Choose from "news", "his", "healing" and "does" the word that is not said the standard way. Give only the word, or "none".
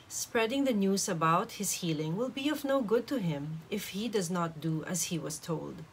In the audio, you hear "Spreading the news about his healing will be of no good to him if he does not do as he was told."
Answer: none